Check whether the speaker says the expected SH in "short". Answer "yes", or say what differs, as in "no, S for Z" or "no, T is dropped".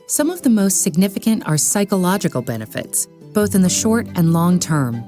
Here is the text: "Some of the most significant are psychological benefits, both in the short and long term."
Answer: yes